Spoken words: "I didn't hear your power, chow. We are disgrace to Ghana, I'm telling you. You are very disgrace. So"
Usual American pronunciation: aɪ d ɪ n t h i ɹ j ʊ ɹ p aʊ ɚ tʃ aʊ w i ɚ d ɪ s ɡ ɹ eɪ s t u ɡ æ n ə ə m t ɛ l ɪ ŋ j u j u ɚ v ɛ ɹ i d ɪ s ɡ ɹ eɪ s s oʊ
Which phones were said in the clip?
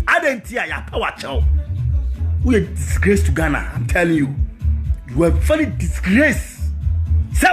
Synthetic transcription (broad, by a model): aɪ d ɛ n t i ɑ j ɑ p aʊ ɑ tʃ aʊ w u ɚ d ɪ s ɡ ɹ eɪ s t u ɡ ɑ n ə ə m t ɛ l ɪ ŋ j u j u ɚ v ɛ l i d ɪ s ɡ ɹ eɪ s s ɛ